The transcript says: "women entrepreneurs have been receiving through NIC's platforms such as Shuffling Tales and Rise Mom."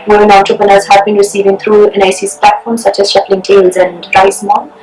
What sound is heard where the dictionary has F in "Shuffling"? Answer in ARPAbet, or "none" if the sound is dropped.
P